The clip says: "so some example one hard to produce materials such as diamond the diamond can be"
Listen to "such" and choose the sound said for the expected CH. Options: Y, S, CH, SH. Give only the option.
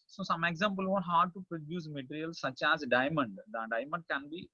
CH